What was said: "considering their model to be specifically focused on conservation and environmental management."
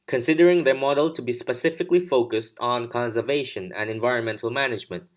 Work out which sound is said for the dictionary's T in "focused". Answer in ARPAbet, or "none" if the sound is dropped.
T